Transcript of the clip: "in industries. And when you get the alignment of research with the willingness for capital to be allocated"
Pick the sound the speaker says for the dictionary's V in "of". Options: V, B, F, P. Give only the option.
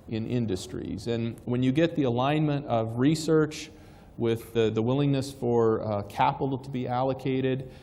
V